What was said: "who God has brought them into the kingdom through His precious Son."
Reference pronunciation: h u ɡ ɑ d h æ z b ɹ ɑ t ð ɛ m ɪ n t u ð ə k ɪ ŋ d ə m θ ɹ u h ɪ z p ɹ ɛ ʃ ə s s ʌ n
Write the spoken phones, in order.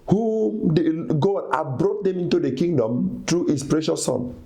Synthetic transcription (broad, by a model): h u ɡ ɑ d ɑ b ɹ ɑ t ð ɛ m ɪ n t u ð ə k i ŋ d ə m t ɹ u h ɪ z p ɹ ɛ ʃ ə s s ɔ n